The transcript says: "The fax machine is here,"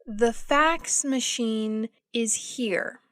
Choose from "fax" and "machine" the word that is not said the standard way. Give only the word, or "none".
none